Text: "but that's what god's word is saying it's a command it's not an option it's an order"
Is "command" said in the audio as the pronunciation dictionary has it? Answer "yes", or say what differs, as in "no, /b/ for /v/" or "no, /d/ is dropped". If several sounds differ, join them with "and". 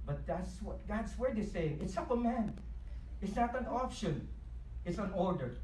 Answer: no, /d/ is dropped